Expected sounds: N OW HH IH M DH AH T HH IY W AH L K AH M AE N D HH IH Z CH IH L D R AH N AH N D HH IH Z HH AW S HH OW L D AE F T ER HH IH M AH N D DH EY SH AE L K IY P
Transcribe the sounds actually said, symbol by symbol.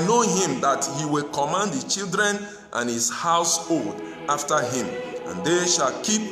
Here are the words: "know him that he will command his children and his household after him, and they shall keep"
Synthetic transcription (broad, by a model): N OW HH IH M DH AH T HH IY W AH L K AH M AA N D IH CH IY L D R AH N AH N HH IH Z HH AW S HH OW L D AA F T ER HH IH M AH N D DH EY SH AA L K IY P